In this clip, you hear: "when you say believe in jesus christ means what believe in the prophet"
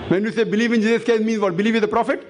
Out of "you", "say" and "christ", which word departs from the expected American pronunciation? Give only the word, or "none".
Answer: christ